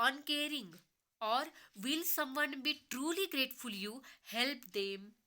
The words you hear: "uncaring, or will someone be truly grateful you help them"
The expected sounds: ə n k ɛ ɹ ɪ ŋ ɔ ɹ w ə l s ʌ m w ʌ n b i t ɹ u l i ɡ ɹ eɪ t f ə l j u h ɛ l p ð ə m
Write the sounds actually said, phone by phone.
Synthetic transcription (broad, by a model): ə n k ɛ ɹ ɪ ŋ ɔ ɹ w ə l s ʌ m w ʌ n b i t ɹ u l i ɡ ɹ eɪ t f ə l j u h ɛ l p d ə m